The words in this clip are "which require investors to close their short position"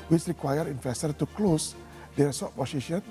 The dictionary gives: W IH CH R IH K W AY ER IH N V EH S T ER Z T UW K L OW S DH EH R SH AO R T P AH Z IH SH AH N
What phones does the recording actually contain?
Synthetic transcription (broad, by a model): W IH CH R IH K W AY ER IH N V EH S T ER T UW K L OW S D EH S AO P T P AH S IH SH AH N